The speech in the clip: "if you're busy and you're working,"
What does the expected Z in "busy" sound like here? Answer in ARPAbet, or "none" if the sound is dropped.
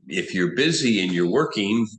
Z